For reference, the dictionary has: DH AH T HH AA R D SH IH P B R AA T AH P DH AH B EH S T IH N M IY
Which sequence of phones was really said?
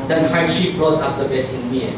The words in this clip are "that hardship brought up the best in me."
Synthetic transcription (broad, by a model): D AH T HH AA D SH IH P B R AA T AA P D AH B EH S IH N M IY